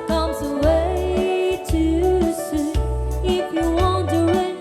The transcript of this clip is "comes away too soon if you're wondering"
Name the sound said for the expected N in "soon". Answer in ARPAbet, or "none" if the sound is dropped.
none